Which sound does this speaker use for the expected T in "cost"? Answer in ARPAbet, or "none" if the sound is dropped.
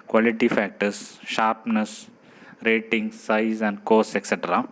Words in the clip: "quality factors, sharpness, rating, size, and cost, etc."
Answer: none